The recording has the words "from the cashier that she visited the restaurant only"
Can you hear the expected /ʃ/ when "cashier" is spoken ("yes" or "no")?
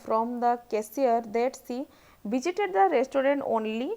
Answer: no